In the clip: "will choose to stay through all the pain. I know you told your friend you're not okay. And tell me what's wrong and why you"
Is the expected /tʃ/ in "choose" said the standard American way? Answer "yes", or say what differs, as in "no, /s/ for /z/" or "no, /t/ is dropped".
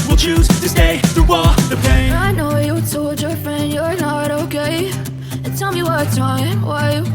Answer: yes